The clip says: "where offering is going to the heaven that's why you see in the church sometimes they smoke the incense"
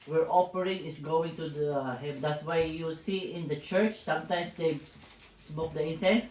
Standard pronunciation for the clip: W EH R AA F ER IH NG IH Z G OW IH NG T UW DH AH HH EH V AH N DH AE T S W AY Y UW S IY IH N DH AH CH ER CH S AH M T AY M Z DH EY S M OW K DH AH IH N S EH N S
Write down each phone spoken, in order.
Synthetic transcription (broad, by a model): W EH R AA P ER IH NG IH S G OW IH NG T UW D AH HH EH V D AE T S W AY Y UW S IY IH N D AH CH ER CH S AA M T AY M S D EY S M OW K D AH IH N S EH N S